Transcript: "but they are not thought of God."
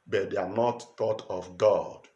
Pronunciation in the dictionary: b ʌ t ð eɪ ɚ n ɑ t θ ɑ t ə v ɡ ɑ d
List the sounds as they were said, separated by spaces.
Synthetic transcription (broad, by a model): b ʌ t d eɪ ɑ n ɑ t t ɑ t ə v ɡ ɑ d